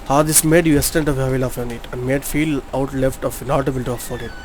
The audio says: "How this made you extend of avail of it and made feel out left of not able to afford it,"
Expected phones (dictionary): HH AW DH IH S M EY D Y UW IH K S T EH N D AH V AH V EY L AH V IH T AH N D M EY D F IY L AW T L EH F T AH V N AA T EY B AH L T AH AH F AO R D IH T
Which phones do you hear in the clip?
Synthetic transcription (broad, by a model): HH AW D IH S M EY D Y UW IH S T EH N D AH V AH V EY L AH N IH T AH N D M EY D F IY L AW T L EH F T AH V N AA T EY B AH L T AH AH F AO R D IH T